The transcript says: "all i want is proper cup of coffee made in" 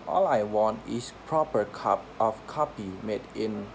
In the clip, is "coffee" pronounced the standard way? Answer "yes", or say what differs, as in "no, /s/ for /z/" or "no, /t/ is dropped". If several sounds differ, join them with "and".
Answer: no, /p/ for /f/